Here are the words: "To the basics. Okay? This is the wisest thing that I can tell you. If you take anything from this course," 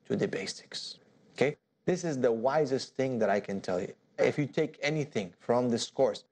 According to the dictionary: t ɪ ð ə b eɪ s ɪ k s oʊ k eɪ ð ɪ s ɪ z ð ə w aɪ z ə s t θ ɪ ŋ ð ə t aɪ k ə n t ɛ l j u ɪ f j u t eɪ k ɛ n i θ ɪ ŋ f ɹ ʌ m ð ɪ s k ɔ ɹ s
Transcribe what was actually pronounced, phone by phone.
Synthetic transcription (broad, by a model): t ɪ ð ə b eɪ s ɪ k s oʊ k eɪ ð ɪ s ɪ z ð ə w aɪ z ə s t θ ɪ ŋ ð ə t aɪ k ə n t ɛ l j u ɪ f j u t eɪ k ɛ n i θ ɪ ŋ f ɹ ʌ m ð ɪ s k ɔ ɹ s